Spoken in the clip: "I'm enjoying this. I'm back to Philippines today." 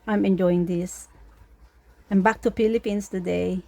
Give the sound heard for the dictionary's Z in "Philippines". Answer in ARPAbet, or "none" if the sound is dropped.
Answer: S